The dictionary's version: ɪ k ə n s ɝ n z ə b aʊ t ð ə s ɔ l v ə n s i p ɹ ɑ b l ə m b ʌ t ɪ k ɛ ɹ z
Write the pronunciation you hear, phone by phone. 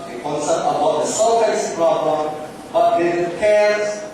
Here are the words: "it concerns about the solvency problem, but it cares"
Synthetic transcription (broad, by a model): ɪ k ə n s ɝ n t ə b aʊ t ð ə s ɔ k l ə s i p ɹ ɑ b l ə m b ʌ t ɪ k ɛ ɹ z